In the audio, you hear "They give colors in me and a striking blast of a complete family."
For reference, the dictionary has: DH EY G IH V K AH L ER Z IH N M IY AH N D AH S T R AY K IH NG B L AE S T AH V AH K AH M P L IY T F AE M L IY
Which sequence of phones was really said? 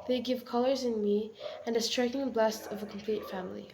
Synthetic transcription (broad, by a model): DH EY G IH V K AH L ER Z IH N M IY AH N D AH S T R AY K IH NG B L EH S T AH V AH K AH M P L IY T F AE M L IY